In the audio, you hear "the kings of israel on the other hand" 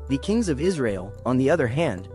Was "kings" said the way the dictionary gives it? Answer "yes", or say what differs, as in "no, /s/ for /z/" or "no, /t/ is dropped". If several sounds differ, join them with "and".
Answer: yes